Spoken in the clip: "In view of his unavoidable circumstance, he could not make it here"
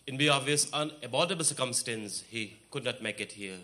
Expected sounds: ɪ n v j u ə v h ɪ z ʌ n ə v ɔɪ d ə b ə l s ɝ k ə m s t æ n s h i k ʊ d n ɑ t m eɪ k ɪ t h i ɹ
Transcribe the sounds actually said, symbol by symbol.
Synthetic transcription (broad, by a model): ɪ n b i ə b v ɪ s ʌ n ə b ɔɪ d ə b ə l s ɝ k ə m s t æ n s h i k ʊ d n ɑ t m eɪ k ɪ t h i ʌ